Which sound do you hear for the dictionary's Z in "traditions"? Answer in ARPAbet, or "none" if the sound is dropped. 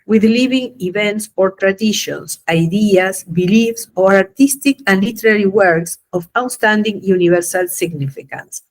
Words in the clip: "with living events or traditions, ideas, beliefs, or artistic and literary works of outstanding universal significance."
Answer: S